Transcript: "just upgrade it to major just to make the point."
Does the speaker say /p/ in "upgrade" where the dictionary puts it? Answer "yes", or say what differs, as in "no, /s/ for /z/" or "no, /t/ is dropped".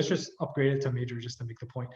yes